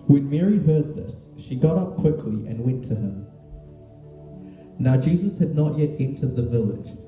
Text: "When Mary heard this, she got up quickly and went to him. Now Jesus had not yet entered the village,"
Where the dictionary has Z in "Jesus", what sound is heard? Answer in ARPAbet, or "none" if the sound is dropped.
Z